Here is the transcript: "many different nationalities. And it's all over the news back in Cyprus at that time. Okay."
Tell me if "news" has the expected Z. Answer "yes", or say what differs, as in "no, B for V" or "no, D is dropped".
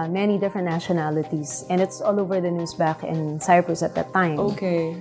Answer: no, S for Z